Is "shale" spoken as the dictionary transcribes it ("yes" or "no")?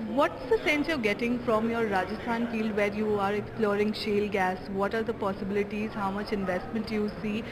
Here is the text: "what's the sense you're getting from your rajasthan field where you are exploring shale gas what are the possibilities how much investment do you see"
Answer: yes